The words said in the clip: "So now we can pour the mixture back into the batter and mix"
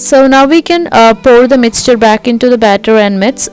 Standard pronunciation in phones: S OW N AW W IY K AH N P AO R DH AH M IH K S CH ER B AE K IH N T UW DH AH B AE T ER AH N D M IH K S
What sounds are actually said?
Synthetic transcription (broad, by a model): S OW N AW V IY K AH N P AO R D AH M IH K S CH ER B AE K IH N T UW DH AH B AE T ER AH N D M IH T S